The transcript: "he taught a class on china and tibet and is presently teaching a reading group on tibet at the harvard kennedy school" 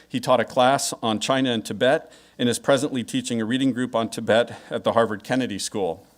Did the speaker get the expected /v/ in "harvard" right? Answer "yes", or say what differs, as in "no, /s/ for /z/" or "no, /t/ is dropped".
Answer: yes